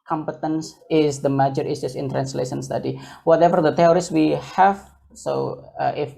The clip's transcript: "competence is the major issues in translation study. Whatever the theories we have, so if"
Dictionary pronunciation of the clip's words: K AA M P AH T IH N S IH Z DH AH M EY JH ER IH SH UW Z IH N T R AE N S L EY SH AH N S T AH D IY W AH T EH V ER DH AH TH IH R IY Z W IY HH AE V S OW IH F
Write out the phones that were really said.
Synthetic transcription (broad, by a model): K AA M P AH T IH N S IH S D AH M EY JH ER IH S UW S IH N T R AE N S L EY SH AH N S T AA D IY W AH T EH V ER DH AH T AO R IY S W IY HH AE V S OW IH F